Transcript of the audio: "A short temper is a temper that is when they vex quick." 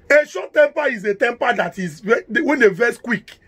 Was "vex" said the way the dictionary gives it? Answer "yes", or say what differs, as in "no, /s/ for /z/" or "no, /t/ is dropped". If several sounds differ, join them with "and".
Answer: no, /k/ is dropped